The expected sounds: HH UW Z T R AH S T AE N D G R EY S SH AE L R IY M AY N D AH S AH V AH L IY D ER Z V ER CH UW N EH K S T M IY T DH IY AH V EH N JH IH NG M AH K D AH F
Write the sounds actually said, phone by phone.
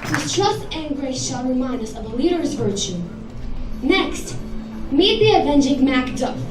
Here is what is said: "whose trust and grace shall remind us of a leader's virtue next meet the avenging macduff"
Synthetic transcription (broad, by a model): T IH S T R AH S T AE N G R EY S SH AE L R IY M AY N AH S AH V AH L IY D ER Z V ER CH UW N EH K S T M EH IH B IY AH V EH N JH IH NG M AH K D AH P